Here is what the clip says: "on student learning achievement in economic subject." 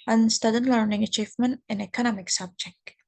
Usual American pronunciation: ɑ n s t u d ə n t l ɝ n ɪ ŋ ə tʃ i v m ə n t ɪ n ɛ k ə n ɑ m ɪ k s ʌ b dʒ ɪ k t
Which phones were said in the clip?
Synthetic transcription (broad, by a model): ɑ n s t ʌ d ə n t l ɝ n ɪ ŋ ə tʃ i v m ə n t ɪ n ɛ k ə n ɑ m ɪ k s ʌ b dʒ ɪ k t